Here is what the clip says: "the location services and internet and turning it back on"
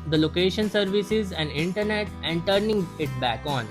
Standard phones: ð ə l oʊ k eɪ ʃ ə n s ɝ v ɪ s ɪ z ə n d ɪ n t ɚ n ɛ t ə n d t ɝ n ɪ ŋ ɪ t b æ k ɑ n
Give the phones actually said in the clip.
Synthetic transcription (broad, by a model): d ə l oʊ k eɪ ʃ ə n s ɝ v ɪ s ɪ z ə n d ɪ n t ɚ n ɛ t ə n d t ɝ n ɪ ŋ ɪ t b æ k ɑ n